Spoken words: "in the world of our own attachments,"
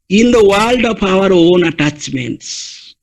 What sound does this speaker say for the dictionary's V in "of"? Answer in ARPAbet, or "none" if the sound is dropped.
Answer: P